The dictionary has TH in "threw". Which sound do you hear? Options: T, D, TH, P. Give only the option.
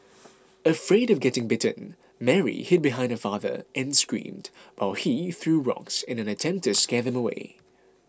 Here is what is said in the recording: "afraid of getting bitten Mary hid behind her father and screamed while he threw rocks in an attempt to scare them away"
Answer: TH